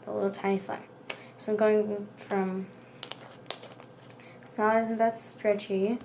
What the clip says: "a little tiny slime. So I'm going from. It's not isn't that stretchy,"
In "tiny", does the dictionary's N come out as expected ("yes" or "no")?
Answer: no